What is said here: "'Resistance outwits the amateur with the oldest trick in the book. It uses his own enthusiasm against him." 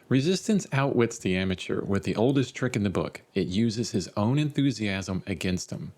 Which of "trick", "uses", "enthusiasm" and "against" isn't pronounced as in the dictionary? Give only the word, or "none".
none